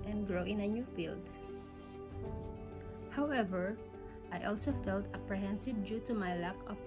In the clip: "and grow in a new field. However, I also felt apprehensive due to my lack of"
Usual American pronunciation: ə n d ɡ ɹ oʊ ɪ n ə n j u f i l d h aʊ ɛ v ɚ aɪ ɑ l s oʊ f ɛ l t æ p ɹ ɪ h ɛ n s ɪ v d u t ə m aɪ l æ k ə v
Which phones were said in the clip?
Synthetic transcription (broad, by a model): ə n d ɡ ɹ oʊ ɪ n ə n j u f i l d h aʊ ɛ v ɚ aɪ ɑ l s oʊ f ɛ l t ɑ p ɹ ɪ h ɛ n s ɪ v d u t ə m aɪ l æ k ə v